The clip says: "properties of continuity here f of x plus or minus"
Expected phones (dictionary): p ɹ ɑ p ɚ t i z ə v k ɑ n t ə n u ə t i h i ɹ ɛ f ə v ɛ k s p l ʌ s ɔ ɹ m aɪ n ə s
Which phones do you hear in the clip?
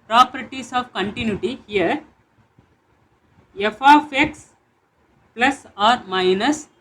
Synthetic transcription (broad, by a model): p ɹ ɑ p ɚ t i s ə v k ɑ n t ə n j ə t i h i ɹ ɛ f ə f ɛ k s p l ʌ s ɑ ɹ m aɪ n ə s